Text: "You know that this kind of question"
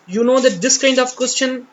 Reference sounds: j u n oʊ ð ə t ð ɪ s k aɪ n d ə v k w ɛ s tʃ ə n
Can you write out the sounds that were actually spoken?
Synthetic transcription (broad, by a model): j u n oʊ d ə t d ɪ s k aɪ n d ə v k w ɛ s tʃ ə n